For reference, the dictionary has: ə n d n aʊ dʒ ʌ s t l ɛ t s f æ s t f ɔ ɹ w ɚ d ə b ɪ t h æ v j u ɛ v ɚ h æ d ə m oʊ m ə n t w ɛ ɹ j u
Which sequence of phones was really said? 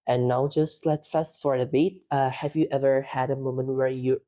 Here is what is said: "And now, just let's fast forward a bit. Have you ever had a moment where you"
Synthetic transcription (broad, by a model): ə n n aʊ dʒ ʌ s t l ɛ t f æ s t f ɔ ɹ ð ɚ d ə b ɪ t h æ v j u ɛ v ɚ h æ d ə m oʊ m ə n t w ɛ ɹ j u